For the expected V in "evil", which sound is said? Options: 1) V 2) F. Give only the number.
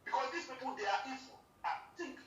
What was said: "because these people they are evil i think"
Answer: 2